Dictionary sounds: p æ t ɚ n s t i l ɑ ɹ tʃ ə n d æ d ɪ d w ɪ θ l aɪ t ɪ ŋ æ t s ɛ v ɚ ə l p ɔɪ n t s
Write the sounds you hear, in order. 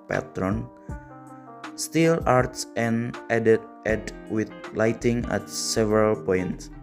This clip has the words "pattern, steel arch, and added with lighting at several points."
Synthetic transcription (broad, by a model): p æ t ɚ n s t i l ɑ ɹ s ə n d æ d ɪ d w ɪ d l aɪ t ɪ ŋ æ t s ɛ v ɚ ə l p ɔɪ n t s